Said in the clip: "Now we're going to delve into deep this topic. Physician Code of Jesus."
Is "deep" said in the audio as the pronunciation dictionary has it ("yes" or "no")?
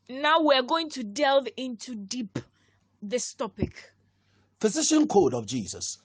yes